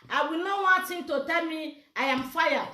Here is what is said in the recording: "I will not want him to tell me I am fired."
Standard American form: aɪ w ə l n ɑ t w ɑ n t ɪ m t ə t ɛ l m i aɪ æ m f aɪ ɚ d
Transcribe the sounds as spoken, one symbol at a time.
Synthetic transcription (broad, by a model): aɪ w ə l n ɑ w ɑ t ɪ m t ə t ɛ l m i aɪ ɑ m f aɪ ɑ